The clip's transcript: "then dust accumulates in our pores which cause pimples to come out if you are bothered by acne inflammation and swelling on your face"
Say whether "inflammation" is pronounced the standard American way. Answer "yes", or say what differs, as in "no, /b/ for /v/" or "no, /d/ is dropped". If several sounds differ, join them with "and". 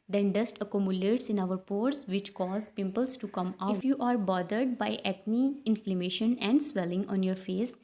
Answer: yes